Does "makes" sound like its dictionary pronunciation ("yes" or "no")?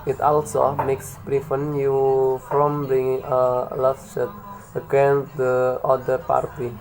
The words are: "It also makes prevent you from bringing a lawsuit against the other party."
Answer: yes